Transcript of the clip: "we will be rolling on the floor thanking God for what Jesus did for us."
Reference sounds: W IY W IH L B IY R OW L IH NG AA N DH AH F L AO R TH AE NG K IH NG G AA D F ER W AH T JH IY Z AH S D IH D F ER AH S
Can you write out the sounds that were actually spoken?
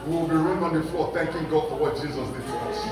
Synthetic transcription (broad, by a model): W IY W IH L B IY R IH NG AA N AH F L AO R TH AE NG K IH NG G AA D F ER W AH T JH IY Z AH S D IH D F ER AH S